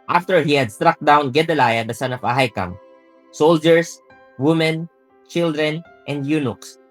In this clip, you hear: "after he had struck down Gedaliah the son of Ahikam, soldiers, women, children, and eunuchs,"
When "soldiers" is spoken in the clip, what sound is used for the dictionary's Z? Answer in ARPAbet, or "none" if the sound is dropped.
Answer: S